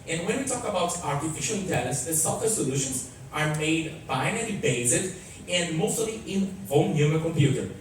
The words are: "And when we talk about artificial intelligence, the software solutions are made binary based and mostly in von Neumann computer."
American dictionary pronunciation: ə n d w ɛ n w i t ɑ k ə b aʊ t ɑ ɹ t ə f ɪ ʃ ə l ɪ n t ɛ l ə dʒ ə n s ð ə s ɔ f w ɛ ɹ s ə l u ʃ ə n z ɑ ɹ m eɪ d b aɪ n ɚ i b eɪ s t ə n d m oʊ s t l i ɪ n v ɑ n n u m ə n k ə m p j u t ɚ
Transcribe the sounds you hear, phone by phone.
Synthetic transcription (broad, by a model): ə n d w ɛ n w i t ɑ k ə b aʊ t ɑ ɹ t ə f ɪ ʃ ə l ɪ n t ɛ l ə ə s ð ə s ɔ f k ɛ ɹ s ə l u ʃ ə n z ɑ ɹ m eɪ d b aɪ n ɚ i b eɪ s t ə n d m oʊ s t l i ɪ n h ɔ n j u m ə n k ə m p j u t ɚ